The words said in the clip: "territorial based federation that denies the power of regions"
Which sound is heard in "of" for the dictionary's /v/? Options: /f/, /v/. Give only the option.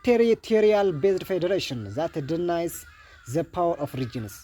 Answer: /f/